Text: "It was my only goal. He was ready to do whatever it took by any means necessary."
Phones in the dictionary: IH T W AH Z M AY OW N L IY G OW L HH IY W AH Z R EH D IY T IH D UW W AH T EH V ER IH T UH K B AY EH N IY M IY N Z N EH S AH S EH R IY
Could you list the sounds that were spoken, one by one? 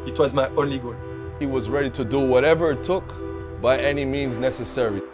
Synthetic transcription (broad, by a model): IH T W AH Z M AY OW N L IY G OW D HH IY W AH Z R EH D IY T IH D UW W AH T EH V ER IH T UH K B AY EH N IY M IY N Z N EH S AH S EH R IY